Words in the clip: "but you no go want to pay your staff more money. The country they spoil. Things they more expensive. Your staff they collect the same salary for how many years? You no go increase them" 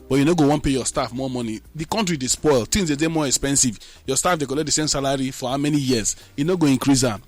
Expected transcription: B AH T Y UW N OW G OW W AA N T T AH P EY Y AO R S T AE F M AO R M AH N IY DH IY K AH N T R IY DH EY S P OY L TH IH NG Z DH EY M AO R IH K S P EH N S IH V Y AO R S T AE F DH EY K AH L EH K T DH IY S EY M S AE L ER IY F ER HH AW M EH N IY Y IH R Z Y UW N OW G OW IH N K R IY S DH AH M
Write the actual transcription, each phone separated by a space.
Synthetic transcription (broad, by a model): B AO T Y UW N OW G OW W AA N P EY Y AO S T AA F M AO M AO N IY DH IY K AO N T R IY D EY S P OY L T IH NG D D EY M AO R IH K S P EH N S IH V Y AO S T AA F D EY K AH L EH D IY S EY M S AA L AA IY F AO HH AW M EH N IY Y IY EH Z Y UW N OW G OW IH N K R IY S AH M